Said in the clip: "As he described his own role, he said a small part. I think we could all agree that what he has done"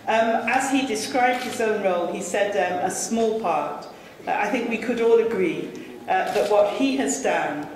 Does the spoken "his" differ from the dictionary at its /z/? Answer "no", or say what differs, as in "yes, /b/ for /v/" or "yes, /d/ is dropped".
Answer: no